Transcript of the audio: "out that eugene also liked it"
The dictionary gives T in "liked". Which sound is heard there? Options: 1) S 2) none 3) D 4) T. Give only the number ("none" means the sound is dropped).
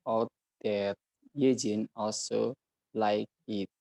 2